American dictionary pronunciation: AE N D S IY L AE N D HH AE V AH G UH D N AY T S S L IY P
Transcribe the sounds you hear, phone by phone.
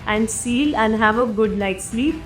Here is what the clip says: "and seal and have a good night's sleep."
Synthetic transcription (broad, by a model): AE N D S IY L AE N D HH AE V AH G UH D L AY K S S L IY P